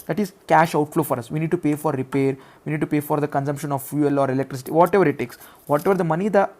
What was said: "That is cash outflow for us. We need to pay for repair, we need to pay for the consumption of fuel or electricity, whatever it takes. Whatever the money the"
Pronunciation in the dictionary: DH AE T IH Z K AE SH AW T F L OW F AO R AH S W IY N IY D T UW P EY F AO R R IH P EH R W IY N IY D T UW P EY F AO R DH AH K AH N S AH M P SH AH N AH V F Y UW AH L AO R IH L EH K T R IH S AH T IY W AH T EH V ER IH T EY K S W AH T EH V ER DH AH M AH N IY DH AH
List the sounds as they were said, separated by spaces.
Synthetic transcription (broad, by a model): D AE T IH Z K AE SH AW T F L OW F AO R AH S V IY N IY D T UW P EY F AO R R IH P EH R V IY N IY D T UW P EY F AO R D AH K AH N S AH M P SH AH N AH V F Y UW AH L AO R IH L EH K T R IH S AH T IY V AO T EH V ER IH T EY K S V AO T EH V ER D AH M AH N IY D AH